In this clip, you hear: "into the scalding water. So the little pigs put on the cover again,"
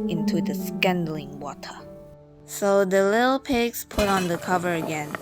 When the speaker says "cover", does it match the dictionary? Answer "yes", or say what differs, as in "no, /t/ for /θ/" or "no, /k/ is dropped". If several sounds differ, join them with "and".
yes